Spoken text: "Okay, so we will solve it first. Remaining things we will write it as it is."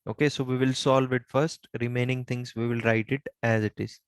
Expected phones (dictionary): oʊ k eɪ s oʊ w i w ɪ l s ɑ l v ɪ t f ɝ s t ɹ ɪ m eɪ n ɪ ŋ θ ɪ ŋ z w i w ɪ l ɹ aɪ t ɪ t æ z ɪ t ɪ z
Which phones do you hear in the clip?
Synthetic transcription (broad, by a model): oʊ k eɪ s oʊ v i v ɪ l s ɑ l v ɪ t f ɝ s t ɹ ɪ m eɪ n ɪ ŋ t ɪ ŋ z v i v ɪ l ɹ aɪ t ɪ t æ z ɪ t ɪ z